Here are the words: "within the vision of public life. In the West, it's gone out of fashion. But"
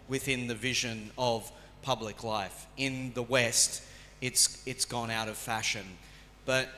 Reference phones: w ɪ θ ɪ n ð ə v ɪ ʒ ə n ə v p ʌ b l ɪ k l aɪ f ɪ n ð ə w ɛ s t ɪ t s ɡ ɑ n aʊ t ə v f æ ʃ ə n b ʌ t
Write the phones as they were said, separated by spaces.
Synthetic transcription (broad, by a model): w ɪ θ ɪ n ð ə v ɪ ʒ ə n ə v p ʌ b l ɪ k l aɪ f ɪ n ð ə w ɛ s t ɪ t s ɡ ɑ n aʊ t ə v f æ ʃ ə n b ʌ t